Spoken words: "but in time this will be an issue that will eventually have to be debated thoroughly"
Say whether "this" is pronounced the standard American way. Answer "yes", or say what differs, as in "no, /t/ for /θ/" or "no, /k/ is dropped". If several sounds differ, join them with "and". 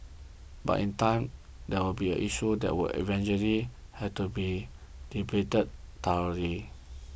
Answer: no, /s/ is dropped